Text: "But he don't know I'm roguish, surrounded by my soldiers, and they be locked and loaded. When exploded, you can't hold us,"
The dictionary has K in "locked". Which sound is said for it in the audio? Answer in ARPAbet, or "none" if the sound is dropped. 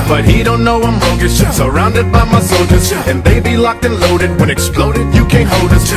K